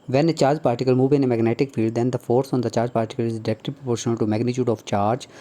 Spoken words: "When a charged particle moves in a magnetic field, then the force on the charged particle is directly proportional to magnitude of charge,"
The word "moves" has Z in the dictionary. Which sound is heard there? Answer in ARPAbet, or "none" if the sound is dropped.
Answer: none